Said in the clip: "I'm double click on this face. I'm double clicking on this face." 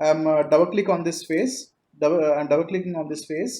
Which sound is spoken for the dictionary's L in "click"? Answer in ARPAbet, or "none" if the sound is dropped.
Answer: L